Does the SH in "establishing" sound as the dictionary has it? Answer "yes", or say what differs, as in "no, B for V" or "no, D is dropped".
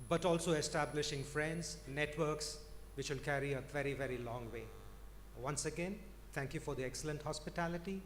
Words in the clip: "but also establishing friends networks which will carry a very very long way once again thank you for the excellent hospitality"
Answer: yes